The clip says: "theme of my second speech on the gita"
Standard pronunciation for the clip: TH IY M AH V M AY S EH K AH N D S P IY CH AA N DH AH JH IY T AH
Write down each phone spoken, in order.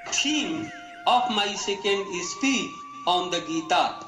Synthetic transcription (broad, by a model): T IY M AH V M AY S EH K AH N D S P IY AA N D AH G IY T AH